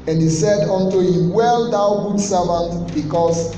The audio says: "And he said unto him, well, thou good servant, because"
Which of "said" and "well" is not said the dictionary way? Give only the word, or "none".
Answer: none